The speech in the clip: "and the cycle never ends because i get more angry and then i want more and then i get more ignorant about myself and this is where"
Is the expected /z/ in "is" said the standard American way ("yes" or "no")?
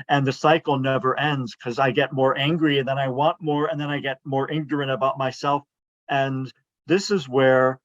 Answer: yes